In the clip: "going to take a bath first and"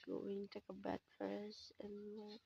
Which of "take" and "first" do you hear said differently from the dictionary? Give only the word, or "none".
first